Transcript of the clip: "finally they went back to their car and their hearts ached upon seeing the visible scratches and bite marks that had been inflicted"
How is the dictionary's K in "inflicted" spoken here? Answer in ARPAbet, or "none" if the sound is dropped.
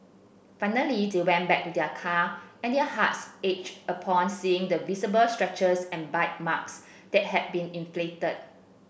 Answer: none